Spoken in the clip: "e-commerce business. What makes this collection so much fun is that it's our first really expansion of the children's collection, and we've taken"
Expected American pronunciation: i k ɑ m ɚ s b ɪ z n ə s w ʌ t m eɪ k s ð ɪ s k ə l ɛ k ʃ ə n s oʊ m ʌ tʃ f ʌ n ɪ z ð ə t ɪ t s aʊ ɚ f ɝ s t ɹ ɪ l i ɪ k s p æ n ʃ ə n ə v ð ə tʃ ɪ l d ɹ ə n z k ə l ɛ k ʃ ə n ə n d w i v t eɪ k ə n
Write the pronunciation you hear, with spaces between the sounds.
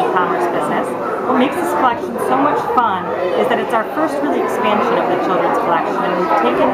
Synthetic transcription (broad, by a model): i k ɑ m ɚ s b ɪ z n ə s w ʌ t m eɪ k s ð ɪ s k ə l ɛ k ʃ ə n s oʊ m ʌ tʃ f ʌ n ɪ z ð ə t ɪ t s aʊ ɚ f ɝ s t ɹ ɪ l i ɪ k s p æ n ʃ ə n ə v ð ə tʃ ɪ l d ɹ ə n z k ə l ɛ k ʃ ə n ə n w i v t eɪ k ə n